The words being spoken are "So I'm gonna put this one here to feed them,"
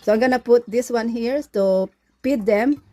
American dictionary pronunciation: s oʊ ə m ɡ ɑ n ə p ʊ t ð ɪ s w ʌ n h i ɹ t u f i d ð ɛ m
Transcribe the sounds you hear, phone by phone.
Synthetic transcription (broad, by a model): s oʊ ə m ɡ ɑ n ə p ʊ t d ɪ s w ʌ n h i ɹ t u p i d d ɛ m